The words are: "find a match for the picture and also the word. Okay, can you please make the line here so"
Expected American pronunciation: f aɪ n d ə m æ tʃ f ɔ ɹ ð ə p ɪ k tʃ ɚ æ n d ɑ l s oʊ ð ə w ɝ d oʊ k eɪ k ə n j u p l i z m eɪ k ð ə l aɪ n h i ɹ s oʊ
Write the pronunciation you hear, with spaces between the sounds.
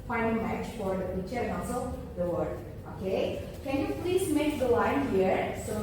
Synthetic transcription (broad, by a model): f aɪ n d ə m æ tʃ f ɔ ɹ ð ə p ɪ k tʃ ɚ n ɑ n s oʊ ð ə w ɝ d oʊ k eɪ k ə n j u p l i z m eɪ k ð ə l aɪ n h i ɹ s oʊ